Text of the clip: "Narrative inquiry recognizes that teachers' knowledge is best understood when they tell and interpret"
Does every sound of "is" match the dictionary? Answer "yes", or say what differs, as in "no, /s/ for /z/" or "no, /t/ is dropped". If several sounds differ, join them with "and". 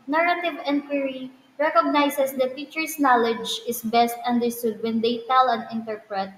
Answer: no, /s/ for /z/